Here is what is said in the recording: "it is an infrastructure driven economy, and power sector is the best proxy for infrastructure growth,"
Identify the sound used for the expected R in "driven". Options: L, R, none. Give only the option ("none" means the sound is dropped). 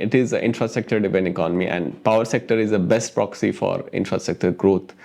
none